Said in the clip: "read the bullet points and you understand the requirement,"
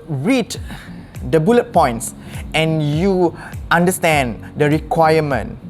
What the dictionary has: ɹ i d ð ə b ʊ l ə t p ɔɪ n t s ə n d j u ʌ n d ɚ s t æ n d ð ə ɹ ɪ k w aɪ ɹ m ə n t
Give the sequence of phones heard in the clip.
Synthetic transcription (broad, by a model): ɹ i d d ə b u l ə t p ɔɪ n t s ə n j u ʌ n d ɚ s t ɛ n d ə ɹ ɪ k w aɪ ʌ m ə n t